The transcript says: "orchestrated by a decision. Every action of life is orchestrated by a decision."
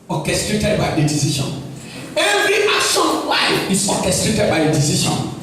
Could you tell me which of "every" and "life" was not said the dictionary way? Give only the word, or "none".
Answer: life